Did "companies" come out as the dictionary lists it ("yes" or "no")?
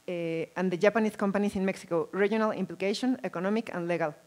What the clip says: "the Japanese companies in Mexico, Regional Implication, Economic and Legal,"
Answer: no